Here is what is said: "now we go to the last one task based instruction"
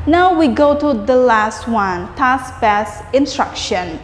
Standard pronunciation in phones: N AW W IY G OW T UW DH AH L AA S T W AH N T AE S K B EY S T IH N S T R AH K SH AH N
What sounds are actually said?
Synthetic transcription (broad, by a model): N AW W IY G OW T UW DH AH L AA S T W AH N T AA S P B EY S IH N S T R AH K SH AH N